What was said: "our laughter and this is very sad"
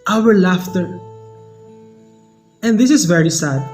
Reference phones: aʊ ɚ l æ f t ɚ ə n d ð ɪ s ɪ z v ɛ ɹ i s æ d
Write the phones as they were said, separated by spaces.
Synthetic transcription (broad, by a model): aʊ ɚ l æ f t ɚ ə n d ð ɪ s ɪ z v ɛ ɹ i s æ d